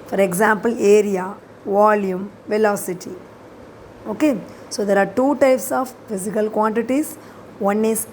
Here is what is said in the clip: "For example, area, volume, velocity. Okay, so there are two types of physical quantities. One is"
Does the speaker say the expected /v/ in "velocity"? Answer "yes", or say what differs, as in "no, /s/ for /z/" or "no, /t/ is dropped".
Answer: yes